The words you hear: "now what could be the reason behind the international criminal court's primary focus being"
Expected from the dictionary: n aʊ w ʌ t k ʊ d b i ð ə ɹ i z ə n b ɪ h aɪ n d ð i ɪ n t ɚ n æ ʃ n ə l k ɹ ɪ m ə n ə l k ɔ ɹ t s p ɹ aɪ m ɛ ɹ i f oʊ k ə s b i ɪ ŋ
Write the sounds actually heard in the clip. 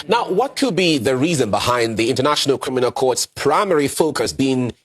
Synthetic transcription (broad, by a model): n aʊ w ʌ t k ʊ d b i ð ə ɹ i z ə n b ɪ h aɪ n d ð i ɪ n t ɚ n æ ʃ n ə l k ɹ ɪ m ə n ə l k ɔ ɹ t s p ɹ aɪ m ɛ ɹ i f oʊ k ə s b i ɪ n